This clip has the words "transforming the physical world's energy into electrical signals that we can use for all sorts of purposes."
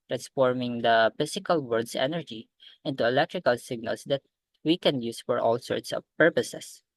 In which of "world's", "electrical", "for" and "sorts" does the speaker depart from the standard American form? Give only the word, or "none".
world's